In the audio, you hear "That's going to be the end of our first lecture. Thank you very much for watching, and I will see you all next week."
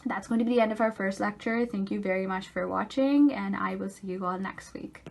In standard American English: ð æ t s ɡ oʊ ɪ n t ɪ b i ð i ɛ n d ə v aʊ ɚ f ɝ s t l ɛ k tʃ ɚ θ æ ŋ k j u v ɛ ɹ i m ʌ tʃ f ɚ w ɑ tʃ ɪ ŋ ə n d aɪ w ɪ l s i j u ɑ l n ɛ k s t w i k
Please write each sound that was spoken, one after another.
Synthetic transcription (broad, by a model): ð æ t s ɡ oʊ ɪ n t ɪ b i ð i ɛ n d ə v aʊ ɚ f ɝ s t l ɛ k tʃ ɚ θ æ ŋ k j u v ɛ ɹ i m ʌ tʃ f ɚ w ɑ tʃ ɪ ŋ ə n aɪ w ɪ l s i j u ɑ l n ɛ k s t w i k